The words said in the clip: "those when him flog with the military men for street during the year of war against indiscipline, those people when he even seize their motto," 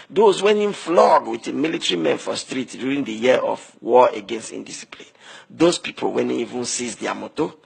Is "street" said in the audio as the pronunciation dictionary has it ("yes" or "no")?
yes